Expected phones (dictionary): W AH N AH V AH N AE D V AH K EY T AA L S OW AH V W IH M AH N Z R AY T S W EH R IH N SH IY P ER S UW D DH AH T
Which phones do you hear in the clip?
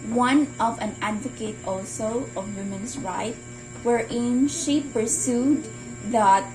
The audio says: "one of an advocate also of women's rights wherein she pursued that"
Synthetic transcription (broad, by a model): W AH N AH V AH N AE D V AH K EY T AA L S OW AH V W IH M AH N S R AY T W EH R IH N SH IY P ER S UW D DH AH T